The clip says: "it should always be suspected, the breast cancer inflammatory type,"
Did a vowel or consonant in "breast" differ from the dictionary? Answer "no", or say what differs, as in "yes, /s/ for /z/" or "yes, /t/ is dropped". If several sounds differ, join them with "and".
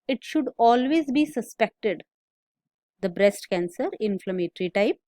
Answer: no